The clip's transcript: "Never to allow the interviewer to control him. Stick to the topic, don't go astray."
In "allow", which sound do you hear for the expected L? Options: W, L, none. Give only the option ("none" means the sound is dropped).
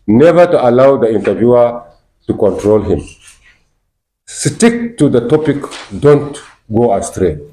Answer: L